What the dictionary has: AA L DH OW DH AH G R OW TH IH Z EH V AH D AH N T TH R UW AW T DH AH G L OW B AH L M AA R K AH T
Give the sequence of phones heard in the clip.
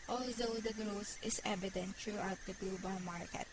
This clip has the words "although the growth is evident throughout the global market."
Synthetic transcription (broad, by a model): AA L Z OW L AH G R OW S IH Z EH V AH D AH N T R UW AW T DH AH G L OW B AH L M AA R K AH T